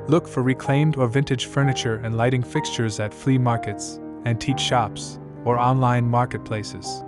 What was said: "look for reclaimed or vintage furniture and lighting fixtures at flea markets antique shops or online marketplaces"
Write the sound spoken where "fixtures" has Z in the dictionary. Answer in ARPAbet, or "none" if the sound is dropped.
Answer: Z